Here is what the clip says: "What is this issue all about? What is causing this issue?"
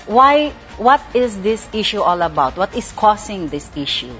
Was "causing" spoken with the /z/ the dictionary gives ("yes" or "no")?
no